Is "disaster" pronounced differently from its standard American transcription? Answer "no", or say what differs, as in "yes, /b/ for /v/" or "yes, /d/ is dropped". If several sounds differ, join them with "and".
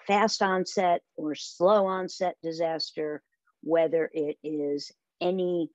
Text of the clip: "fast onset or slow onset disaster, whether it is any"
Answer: no